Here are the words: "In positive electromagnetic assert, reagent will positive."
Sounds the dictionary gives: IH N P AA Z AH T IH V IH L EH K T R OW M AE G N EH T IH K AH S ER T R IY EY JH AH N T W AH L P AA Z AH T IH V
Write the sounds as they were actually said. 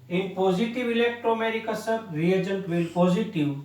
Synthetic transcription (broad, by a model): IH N P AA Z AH T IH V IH L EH K T R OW AE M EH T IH K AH S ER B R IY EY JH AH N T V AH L P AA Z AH T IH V